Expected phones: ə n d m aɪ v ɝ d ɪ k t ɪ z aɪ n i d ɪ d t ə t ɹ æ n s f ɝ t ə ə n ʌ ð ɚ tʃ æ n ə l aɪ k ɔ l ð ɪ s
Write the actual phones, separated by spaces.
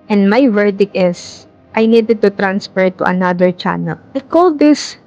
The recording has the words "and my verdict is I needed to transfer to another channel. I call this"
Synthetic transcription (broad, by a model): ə n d m aɪ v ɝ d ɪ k ɪ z aɪ n i d ɪ d t ə t ɹ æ n s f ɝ t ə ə n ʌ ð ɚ tʃ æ n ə l aɪ k ɔ l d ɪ s